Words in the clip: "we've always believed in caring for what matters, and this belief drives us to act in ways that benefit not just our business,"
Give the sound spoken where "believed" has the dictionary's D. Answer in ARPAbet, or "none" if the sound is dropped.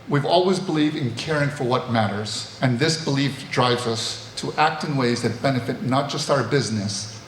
D